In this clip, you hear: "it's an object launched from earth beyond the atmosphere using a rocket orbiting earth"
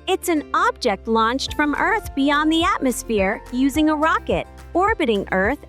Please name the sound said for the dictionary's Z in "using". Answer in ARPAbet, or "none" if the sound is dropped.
Z